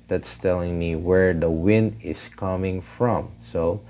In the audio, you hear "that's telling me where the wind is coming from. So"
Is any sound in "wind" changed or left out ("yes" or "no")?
no